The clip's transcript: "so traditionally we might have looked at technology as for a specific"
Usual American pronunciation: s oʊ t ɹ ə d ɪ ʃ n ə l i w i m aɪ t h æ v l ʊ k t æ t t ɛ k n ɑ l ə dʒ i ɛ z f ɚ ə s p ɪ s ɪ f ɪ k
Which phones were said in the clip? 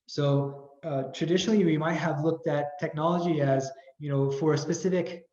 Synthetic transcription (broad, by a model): s oʊ t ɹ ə d ɪ ʃ n l i w i m aɪ t h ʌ v l ʊ k t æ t t ɛ k n ɑ l ə dʒ i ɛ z f ɚ ə s p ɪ s ɪ f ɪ k